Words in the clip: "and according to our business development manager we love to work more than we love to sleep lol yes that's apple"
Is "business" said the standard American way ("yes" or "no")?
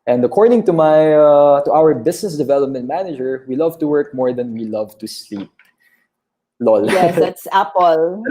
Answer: no